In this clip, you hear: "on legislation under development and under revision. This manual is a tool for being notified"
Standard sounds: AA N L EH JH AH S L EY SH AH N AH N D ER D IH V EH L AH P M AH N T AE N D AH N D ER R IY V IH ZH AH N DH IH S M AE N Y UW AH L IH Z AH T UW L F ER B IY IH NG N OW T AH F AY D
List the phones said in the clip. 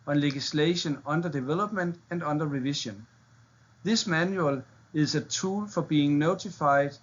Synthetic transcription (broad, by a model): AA N L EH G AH S L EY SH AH N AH N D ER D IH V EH L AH B M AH N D AE N D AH N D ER R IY V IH SH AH N DH IH S M AE N Y UW AH L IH S AH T UW L F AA B IY IH NG N OW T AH F AY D